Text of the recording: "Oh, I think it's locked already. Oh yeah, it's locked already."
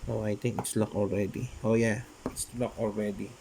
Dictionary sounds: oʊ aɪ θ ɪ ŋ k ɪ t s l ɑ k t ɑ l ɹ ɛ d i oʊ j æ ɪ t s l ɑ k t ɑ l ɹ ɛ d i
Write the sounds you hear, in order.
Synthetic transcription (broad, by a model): oʊ aɪ t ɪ ŋ k ɪ t s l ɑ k ɑ l ɹ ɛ d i oʊ j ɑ ɪ t s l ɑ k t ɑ l ɹ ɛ d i